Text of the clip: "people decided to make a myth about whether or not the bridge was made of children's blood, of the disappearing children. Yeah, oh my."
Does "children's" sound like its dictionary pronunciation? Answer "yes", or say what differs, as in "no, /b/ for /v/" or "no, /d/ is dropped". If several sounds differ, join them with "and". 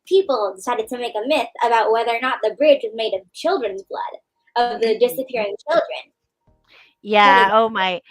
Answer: yes